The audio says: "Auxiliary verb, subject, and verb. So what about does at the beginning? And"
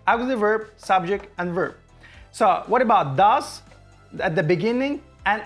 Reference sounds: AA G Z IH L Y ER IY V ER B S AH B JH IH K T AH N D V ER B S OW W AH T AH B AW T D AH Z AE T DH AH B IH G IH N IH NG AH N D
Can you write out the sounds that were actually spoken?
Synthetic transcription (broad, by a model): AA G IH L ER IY V ER B S AH B JH IH K T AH N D V ER B S OW W AH T AH B AW T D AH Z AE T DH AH B IH G IH N IH NG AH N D